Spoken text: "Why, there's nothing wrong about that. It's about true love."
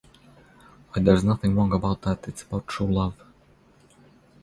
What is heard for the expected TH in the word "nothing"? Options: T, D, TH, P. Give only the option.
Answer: TH